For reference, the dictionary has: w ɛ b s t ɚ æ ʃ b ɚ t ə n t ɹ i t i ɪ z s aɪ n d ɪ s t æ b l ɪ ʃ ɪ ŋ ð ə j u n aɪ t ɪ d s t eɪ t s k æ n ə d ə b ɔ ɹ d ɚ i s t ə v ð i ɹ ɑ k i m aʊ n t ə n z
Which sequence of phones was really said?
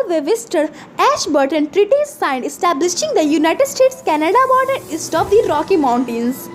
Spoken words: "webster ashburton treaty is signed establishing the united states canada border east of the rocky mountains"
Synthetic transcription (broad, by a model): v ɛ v s t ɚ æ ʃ b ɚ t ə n t ɹ i t i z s aɪ n d ɪ s t æ b l ɪ ʃ ɪ ŋ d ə j u n aɪ t ɪ d s t eɪ t s k æ n ə d ə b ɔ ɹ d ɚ i s t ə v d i ɹ ɑ k i m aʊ n t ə n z